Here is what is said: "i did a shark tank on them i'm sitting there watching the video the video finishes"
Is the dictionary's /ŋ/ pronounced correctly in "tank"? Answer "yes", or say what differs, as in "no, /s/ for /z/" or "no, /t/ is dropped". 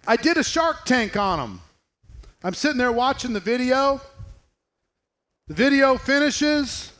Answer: yes